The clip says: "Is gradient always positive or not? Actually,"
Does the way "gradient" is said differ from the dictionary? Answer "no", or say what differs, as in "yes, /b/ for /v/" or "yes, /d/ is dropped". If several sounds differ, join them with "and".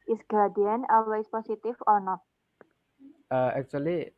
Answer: yes, /ɹ/ is dropped and /t/ is dropped